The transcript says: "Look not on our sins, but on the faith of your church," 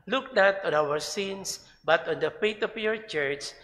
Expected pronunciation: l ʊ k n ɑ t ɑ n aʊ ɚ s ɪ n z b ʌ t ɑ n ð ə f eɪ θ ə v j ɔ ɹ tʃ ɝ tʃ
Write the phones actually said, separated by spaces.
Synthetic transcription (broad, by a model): l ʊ k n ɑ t ɑ n aʊ ɚ s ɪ n s b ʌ t ɑ n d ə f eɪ t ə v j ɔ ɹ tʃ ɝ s